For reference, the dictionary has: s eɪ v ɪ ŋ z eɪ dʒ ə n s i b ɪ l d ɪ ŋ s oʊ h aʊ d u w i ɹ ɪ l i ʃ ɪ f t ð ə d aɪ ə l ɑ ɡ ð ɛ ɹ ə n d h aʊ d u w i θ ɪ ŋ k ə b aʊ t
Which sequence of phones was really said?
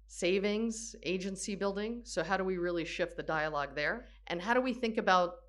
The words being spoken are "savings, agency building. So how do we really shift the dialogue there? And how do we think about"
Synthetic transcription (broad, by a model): s eɪ v ɪ ŋ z eɪ dʒ ə n s i b ɪ l d ɪ ŋ s oʊ h aʊ d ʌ w i ɹ ɪ l i ʃ ɪ f t ð ə d aɪ ə l ɑ ɡ ð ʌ ɹ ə n h aʊ d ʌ w i θ ɪ ŋ k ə b aʊ t